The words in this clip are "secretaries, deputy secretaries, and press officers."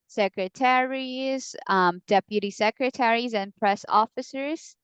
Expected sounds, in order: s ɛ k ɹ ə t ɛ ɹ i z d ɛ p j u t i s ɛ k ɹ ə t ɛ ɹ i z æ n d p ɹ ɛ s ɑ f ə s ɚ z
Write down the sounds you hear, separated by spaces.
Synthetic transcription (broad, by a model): s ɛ k ɹ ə t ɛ ɹ i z d ɛ p j u t i s ɛ k ɹ ə t ɛ ɹ i z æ n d p ɹ ɛ s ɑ f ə s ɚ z